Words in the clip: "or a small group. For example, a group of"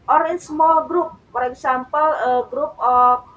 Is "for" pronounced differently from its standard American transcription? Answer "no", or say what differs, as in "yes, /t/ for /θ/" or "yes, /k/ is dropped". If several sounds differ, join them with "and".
yes, /p/ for /f/